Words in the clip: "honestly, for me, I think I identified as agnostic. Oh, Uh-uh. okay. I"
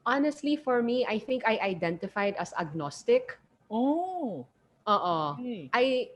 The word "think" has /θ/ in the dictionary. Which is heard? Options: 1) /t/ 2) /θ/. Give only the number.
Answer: 2